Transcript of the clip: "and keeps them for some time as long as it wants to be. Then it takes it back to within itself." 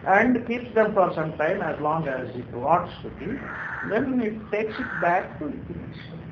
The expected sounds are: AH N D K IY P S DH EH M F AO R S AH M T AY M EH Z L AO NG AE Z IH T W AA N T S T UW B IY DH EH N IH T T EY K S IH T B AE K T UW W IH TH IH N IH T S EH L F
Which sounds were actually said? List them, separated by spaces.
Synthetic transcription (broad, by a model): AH N D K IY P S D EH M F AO R S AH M T AY M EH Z L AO NG AE Z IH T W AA T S T UW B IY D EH N IH T T EY K S IH T B AE K T UW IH T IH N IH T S